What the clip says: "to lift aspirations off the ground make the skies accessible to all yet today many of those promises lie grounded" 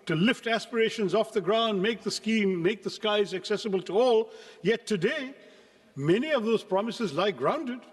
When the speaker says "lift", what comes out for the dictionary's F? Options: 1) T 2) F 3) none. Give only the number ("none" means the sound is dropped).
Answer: 2